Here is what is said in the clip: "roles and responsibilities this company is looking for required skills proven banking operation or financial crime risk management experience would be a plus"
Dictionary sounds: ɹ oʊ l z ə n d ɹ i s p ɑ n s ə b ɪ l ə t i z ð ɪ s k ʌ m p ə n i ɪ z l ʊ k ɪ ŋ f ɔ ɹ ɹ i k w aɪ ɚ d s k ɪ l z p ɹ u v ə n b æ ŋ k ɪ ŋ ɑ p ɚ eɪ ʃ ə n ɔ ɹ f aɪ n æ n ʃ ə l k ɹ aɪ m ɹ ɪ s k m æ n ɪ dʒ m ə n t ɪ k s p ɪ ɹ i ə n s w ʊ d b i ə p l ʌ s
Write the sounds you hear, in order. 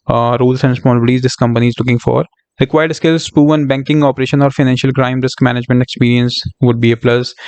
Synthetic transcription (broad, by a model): ɹ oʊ l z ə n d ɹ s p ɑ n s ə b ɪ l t i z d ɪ s k ʌ m p ə n i ɪ z l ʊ k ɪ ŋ f ɔ ɹ ɹ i k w aɪ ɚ d s k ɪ l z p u ə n b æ ŋ k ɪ ŋ ɑ p ɚ eɪ ʃ ə n ɔ ɹ f aɪ n æ n ʃ ə l k ɹ aɪ m ɹ ɪ s k m æ n ɪ dʒ m ə n t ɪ k s p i ɹ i ə n s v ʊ d b i ə p l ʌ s